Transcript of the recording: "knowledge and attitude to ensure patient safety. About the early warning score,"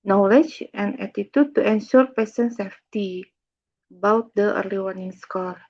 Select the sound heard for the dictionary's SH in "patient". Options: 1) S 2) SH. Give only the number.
1